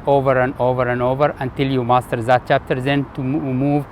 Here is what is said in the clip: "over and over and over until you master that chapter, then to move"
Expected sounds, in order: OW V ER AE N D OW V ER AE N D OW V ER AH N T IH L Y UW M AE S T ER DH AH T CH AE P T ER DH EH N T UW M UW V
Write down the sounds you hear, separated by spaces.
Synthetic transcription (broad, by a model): OW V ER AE N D OW V ER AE N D OW V ER AH N T IH L Y UW M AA S T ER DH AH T CH AE P T ER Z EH N T UW M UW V